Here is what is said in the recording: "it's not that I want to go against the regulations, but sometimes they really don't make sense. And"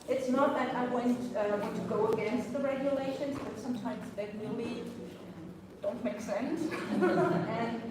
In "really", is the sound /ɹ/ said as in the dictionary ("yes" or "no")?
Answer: no